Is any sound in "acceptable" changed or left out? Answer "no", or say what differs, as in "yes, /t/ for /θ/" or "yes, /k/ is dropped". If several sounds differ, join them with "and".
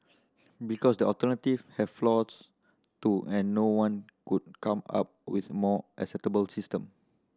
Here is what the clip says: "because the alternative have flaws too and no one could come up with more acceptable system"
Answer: yes, /p/ is dropped